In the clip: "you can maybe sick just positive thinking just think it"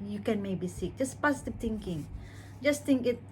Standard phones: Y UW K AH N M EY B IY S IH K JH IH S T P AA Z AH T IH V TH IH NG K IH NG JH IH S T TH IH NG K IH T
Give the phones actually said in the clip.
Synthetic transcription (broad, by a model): Y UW K AH N M EY B IY S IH K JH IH S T P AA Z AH T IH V T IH NG K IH NG JH IH S T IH NG K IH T